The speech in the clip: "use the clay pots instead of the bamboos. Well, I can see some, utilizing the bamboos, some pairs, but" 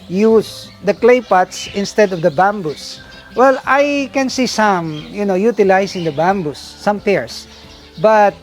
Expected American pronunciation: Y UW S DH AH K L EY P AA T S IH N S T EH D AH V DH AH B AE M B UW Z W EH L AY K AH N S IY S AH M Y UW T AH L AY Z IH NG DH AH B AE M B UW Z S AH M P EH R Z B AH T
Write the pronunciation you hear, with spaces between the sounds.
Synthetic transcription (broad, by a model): Y UW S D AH K L EY P AA T S IH N S T EH D AH V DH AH B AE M B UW S W EH L AY K AH N S IY S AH M Y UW T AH L AY S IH NG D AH B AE M B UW S AH M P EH R S B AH T